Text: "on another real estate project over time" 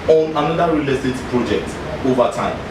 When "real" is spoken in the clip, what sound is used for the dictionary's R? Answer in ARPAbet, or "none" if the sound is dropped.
R